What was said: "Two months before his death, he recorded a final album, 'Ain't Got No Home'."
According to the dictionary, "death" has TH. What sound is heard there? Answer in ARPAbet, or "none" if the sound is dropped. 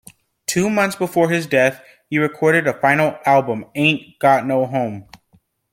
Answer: TH